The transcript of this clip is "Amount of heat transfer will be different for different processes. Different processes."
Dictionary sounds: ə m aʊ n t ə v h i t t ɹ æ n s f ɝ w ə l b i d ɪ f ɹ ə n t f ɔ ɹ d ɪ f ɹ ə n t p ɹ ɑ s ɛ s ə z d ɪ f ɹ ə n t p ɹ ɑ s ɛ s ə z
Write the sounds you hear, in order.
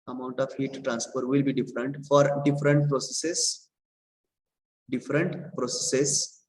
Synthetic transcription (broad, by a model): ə m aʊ n t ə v h i t t ɹ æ n s p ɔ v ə l b i d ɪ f ɹ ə n t f ɔ ɹ d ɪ f ɹ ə n t p ɹ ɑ s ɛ s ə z d ɪ f ɹ ə n t p ɹ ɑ s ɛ s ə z